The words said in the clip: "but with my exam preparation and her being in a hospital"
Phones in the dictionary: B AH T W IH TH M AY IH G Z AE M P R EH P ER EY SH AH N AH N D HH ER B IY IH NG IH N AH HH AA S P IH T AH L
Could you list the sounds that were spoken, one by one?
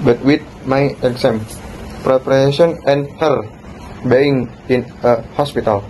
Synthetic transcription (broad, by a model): B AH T W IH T M AY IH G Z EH M P R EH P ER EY S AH N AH N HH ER B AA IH NG IH N AH HH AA S P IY T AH L